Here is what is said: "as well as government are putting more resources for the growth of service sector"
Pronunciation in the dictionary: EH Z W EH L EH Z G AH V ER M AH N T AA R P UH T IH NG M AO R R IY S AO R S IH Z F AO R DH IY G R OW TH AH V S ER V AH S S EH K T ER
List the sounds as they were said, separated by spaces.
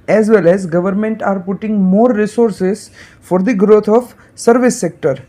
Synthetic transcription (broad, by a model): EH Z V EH L EH Z G AH V ER M AH N T AA R P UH T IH NG M AO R R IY S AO R S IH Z F AO R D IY G R OW T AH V S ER V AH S S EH K T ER